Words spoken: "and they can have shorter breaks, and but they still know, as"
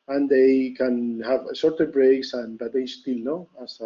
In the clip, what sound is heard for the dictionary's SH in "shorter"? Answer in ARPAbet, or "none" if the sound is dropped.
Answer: S